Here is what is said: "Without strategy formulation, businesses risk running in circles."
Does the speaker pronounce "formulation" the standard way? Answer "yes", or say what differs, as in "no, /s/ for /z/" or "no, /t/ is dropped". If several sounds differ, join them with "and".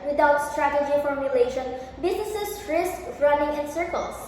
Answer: yes